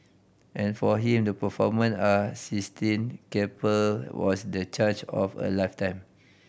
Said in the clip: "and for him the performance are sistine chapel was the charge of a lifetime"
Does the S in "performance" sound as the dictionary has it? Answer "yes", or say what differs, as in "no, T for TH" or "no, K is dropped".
no, S is dropped